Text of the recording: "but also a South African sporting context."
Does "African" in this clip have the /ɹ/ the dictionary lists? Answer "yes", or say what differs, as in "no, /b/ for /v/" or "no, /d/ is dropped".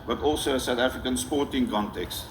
yes